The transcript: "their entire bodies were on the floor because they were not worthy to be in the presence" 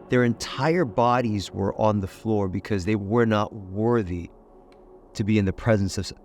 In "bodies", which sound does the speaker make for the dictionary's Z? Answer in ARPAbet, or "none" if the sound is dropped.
Z